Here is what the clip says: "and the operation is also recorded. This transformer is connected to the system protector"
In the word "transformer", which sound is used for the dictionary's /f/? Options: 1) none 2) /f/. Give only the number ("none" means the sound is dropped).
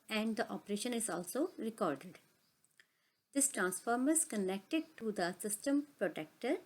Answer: 2